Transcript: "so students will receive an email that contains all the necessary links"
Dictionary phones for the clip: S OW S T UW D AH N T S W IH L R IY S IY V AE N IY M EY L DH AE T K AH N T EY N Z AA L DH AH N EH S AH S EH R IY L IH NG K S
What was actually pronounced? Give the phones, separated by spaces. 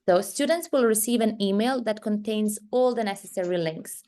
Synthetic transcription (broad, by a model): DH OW S T UW D AH N T S W IH L R IY S IY V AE N IY M EY L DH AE T K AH N T EY N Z AA L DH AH N EH S AH S EH R IY L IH NG K S